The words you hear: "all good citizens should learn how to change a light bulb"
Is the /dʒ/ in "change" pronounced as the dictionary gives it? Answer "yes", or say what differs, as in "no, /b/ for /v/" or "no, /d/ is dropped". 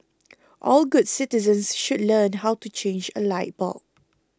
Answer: yes